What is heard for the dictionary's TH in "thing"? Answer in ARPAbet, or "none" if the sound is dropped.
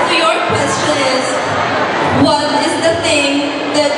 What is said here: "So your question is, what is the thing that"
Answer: T